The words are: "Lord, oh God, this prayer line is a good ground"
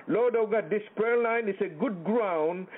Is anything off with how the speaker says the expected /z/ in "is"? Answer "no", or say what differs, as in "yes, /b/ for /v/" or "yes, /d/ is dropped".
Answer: yes, /s/ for /z/